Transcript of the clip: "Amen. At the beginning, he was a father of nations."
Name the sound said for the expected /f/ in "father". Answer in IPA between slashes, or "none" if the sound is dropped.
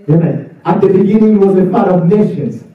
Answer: /p/